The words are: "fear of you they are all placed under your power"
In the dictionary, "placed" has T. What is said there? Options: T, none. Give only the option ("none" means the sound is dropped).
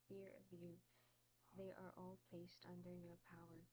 T